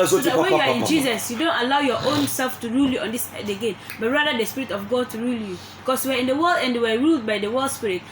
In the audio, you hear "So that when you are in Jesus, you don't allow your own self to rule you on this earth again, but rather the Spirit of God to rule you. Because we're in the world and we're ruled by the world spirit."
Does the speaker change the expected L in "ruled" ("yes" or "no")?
no